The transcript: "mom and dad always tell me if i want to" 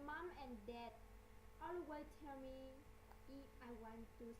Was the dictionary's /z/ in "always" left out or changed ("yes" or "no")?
yes